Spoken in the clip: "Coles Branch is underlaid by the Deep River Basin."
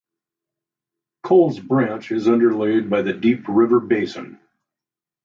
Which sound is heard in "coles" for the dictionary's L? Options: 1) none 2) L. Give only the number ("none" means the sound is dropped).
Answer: 2